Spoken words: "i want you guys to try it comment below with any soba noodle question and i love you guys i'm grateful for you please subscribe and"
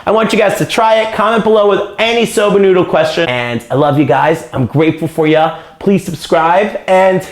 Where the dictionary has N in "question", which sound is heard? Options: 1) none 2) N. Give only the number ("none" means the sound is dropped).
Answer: 1